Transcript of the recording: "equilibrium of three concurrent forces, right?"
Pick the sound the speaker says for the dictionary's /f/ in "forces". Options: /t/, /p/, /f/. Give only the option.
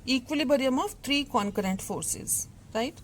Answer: /f/